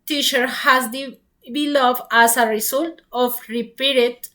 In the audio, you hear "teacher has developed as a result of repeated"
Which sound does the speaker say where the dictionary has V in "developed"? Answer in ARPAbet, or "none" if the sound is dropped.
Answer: B